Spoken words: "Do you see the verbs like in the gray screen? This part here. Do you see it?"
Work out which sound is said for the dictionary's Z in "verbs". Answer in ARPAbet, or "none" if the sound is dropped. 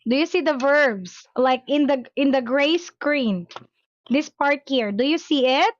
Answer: S